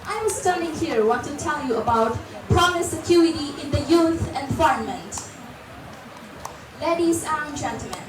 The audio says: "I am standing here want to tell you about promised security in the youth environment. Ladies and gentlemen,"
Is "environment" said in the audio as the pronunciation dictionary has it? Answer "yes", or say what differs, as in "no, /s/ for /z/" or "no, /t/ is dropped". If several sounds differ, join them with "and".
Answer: no, /f/ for /v/